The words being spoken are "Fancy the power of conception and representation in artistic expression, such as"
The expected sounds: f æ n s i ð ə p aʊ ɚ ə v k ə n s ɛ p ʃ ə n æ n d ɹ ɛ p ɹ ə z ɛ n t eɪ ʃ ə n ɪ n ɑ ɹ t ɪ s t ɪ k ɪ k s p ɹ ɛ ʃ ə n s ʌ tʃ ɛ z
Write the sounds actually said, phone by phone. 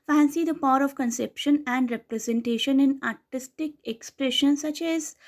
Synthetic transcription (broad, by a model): f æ n s i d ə p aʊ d ə v k ə n s ɛ p ʃ ə n æ n d ɹ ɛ p ɹ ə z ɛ n t eɪ ʃ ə n ɪ n ɑ ɹ t ɪ s t ɪ k ɪ k s p ɹ ɛ ʃ ə n s ʌ tʃ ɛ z